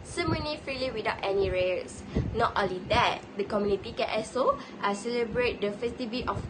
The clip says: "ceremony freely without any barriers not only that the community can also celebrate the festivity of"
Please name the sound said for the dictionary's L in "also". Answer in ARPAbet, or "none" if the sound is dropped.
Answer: none